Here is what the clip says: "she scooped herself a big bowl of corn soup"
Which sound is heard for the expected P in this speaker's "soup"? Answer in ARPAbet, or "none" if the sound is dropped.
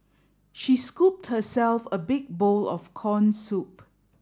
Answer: P